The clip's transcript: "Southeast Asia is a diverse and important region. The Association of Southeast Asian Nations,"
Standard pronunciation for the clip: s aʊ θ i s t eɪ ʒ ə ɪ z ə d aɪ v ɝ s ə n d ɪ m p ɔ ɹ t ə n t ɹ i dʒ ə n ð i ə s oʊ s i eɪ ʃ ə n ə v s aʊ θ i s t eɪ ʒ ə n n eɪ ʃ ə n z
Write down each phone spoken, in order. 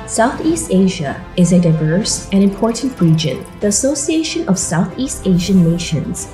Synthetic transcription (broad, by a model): s aʊ θ i s t eɪ ʒ ə ɪ z ə d aɪ v ɝ s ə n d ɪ m p ɔ ɹ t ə n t ɹ i dʒ ə n ð i ə s oʊ s i eɪ ʃ ə n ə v s aʊ θ i s t eɪ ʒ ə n n eɪ ʃ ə n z